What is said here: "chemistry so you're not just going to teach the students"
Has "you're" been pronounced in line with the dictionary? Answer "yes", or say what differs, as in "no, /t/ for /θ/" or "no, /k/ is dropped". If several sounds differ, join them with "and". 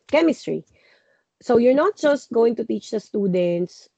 yes